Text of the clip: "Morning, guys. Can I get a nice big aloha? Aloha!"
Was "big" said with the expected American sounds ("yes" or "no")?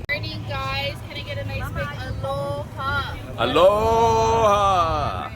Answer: no